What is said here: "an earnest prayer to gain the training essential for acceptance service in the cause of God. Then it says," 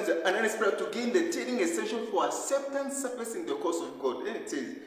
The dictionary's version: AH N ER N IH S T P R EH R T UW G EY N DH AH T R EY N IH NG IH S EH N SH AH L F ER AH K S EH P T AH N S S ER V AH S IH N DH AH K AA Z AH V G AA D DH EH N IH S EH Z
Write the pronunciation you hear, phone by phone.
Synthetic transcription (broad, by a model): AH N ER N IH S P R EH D T UW G EY N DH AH T EY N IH NG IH S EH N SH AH N F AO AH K S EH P T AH N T S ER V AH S IH N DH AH K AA S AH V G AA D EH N IH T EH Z